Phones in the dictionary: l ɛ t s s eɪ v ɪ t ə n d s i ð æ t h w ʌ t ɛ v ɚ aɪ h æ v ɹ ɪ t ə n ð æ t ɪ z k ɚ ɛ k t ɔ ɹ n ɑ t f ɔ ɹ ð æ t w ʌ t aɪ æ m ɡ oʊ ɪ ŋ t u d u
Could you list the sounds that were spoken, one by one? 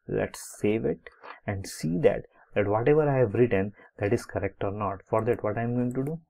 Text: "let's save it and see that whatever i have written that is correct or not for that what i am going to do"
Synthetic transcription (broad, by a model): l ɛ t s s eɪ v ɪ t ə n d s i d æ t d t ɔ t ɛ v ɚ aɪ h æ v ɹ ɪ t ə n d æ t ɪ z k ɚ ɛ k t ɔ ɹ n ɑ t f ɔ ɹ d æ t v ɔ t aɪ m ɡ oʊ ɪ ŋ t u d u